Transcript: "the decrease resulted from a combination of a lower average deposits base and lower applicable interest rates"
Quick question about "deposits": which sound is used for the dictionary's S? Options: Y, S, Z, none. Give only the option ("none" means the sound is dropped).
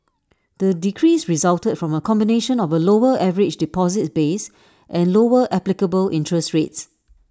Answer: none